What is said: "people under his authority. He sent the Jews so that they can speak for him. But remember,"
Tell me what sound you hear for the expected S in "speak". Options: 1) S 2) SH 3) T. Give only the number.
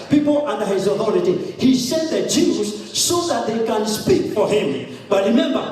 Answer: 1